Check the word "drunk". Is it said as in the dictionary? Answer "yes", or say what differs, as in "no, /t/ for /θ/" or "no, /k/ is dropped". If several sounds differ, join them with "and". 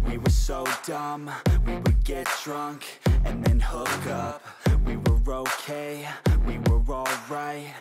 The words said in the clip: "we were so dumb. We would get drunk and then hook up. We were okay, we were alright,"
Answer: yes